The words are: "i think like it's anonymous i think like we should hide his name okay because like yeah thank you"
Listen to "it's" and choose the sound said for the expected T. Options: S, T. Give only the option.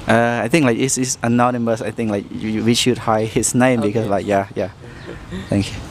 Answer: S